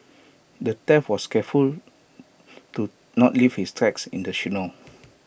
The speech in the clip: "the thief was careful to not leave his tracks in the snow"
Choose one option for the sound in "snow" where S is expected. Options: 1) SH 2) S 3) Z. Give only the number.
1